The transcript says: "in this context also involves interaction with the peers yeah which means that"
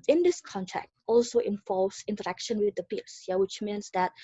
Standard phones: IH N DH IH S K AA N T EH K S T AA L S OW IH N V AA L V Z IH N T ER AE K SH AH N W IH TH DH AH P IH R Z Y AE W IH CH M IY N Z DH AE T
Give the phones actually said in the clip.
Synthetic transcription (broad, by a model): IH N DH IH S K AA N T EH K T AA L S OW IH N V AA L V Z IH N T ER AE K SH AH N W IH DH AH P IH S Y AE W IH CH M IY N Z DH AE T